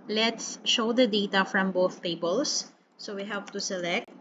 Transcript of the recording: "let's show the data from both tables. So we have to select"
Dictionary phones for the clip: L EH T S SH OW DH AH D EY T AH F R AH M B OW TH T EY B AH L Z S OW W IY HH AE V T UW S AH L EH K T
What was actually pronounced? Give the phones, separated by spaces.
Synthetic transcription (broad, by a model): L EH T S SH OW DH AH D EY T AH F R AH M B OW TH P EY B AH L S S OW W IY HH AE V T UW S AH L EH K T